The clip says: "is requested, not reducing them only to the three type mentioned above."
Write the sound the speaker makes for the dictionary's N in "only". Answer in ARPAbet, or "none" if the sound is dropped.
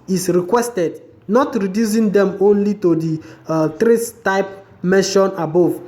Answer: N